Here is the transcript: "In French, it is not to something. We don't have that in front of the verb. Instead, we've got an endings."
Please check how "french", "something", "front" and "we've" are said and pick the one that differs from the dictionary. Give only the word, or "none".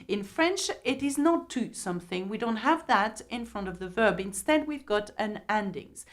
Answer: none